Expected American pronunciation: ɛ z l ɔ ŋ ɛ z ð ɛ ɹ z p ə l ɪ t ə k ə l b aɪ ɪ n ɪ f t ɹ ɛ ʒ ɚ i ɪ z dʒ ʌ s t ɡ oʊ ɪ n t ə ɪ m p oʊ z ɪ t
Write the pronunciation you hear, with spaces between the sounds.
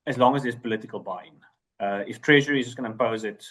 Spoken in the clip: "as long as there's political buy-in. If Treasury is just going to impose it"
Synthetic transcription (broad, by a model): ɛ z l ɔ ŋ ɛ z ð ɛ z p ə l ɪ t ə k ə l b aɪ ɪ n ɪ f t ɹ ɛ ʒ ɚ i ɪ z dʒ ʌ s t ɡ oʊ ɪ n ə ɪ m p oʊ z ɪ t